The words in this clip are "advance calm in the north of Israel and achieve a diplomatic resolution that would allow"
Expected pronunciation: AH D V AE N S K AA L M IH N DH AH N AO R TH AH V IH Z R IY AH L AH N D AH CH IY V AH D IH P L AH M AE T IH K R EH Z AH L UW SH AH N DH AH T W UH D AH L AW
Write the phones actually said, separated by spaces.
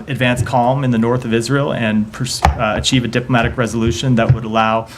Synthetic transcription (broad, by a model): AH D V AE N S K AA L M IH N DH AH N AO R TH AH V IH Z R IY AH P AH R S AH CH IY V AH D IH P L AH M AE T IH K R EH Z AH L UW SH AH N DH AH T W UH D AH L AW